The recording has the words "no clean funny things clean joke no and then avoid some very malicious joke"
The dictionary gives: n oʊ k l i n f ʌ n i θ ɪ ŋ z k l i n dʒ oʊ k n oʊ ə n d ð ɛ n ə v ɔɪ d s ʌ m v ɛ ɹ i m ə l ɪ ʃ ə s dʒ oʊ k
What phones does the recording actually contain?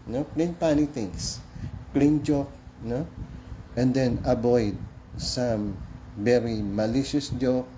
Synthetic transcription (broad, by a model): n oʊ k l i n p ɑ n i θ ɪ ŋ s k l i n dʒ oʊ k n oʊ ə n d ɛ n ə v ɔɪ d s ʌ m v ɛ ɹ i m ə l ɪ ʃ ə s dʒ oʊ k